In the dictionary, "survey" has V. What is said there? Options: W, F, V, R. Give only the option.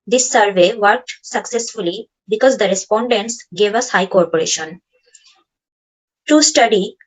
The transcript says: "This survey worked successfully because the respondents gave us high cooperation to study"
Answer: V